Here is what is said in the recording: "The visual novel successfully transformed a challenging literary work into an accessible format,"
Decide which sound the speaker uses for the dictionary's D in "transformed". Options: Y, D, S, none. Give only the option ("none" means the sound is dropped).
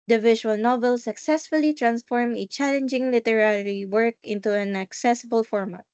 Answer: none